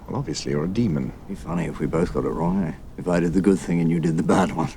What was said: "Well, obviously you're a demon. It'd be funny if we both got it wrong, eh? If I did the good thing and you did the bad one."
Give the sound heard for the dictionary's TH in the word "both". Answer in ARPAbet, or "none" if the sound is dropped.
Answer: TH